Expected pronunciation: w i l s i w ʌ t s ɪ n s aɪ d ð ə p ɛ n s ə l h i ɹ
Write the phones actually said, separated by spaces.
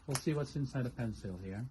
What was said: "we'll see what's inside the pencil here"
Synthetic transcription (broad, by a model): w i l s i w ʌ t s ɪ n s aɪ d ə p ɛ n s ə l h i ɹ